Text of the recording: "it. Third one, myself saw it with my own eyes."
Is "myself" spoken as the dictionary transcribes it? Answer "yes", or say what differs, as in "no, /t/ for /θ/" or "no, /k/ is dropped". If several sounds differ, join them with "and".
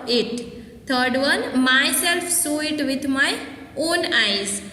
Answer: yes